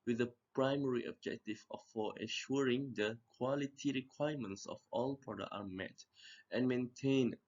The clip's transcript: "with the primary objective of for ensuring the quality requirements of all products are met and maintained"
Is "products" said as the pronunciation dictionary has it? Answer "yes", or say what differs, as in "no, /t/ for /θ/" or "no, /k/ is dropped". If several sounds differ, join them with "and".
no, /s/ is dropped